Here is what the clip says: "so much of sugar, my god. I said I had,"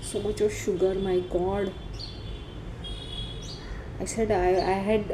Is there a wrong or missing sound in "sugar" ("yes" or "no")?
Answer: no